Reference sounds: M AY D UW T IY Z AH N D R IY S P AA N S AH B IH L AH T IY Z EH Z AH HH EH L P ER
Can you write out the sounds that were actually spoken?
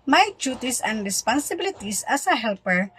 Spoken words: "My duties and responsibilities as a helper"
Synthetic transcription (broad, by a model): M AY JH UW T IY S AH N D R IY S P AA N S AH B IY L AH T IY S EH S AH HH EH L P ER